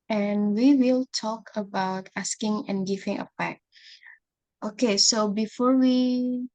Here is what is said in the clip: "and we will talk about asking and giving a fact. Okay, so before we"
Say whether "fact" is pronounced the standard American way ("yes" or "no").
no